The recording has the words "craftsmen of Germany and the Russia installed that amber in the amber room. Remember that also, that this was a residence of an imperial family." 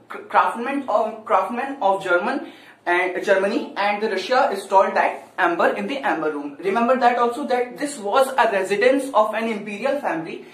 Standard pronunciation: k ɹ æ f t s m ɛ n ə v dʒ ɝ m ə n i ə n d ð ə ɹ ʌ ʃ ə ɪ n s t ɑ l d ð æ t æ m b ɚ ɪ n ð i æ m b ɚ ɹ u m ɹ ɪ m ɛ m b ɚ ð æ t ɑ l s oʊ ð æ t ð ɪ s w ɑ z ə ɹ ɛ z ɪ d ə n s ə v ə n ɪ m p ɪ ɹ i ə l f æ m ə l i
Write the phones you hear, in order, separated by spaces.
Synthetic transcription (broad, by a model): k ɹ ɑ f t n m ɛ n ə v dʒ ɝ m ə n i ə n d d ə ɹ ʌ ʃ ə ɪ s t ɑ l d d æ t æ m b ɚ ɪ n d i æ m b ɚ ɹ u m ɹ ɪ m ɛ m b ɚ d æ t ɑ l s oʊ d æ t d ɪ s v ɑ z ə ɹ ɛ z ɪ d ə n s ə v ə n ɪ m p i ɹ i ə l f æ m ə l i